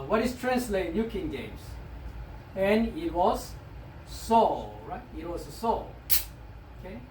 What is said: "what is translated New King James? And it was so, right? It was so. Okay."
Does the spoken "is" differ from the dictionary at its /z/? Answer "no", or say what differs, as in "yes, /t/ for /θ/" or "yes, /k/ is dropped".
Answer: yes, /s/ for /z/